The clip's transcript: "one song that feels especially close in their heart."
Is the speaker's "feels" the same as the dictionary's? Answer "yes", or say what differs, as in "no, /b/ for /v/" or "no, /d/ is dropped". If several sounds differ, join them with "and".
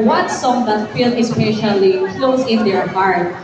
no, /z/ is dropped